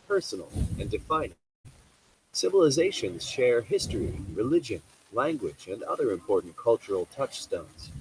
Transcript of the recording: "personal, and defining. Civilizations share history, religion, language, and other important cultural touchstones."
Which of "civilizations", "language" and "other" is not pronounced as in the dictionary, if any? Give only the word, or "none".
none